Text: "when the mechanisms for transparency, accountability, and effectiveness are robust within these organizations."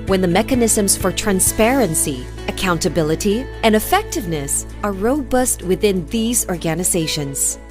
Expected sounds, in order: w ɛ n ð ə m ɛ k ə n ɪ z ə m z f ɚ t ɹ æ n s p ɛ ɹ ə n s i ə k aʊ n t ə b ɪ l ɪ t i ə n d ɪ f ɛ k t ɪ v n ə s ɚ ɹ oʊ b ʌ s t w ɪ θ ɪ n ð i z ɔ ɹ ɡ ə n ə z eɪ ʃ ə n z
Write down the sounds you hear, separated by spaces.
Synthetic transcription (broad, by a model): w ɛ n ð ə m ɛ k ə n ɪ z ə m z f ɚ t ɹ æ n s p ɛ ɹ ə n s i ə k aʊ n t ə b ɪ l ɪ t i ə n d ɪ f ɛ k t ɪ v n ə s ɚ ɹ oʊ b ʌ s t w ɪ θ ɪ n ð i z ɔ ɹ ɡ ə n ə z eɪ ʃ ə n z